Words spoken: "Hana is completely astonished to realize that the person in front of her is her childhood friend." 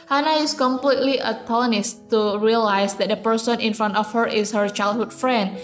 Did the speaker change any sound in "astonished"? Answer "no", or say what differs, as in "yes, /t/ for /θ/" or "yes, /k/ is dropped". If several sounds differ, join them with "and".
yes, /s/ is dropped and /l/ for /n/